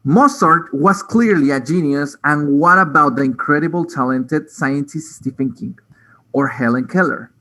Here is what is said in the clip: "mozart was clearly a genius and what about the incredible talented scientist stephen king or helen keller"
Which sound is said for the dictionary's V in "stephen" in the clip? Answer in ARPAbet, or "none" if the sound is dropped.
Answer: F